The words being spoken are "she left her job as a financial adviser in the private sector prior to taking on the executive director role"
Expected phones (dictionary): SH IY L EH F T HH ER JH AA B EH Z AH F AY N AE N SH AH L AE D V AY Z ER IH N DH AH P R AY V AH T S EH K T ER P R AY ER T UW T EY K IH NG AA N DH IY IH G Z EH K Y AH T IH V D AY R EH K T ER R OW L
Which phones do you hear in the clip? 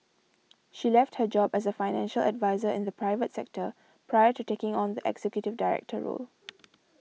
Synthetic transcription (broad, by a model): SH IY L EH F T HH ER JH AA B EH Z AH F AY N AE N SH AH L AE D V AY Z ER IH N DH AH P R AY V AH T S EH K T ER P R AY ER T UW T EY K IH NG AA N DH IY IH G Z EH K Y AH T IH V D AY R EH K T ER R OW L